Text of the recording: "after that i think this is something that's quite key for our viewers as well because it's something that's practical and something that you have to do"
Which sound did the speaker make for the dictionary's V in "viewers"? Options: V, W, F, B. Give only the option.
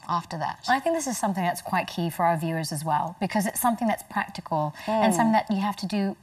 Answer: V